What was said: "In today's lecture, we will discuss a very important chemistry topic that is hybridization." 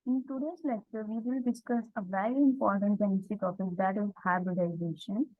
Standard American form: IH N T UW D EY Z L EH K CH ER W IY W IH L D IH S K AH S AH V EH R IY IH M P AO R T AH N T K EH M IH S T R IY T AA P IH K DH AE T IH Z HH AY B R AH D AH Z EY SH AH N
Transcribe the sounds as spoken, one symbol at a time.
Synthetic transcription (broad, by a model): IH N T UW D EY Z L EH K CH ER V IY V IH L D IH S K AH S AH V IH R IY IH M P AO R T AH N T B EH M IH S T IY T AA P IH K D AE T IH HH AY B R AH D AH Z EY SH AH N